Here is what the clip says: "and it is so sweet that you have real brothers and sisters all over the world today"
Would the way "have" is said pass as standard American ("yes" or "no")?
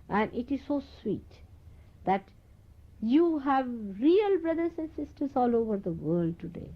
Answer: yes